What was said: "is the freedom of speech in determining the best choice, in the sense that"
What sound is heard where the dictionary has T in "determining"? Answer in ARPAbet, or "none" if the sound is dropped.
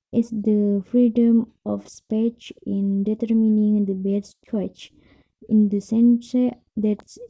T